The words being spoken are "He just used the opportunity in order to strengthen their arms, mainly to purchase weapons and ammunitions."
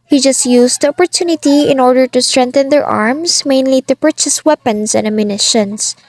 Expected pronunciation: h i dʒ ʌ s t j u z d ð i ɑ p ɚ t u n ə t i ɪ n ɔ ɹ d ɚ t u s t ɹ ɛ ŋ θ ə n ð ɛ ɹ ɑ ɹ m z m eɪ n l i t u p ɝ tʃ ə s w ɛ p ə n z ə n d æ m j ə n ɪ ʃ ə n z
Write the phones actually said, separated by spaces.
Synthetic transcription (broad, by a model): h i dʒ ʌ s t j u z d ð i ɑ p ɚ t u n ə t i ɪ n ɔ ɹ d ɚ t u s t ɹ ɛ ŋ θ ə n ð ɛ ɹ ɑ ɹ m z m eɪ n l i t u p ɝ tʃ ə s w ɛ p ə n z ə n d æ m j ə n ɪ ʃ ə n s